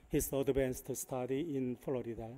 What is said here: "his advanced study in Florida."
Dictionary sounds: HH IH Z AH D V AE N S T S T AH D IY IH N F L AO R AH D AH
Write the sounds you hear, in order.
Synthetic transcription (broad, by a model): HH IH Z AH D B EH N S T S T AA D IY IH N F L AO R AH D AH